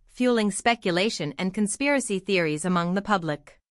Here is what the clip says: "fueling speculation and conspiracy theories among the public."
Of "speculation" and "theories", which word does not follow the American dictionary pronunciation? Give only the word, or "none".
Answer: none